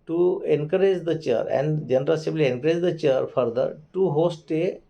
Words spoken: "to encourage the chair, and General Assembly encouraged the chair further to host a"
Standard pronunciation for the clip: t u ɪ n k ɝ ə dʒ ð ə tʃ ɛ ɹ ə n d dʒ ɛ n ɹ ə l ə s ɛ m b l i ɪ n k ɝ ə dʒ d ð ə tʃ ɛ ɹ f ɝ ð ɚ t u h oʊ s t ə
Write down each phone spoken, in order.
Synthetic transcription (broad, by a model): t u ɪ n k ɝ ə dʒ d ə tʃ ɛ ɹ ə n d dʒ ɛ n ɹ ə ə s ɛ b l i ɪ n k ɝ ə dʒ d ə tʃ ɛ ɹ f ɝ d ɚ t u h oʊ s t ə